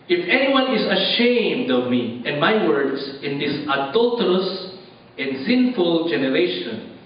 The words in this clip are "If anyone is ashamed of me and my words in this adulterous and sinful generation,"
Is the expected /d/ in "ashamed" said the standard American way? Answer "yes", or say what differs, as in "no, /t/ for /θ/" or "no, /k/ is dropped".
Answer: yes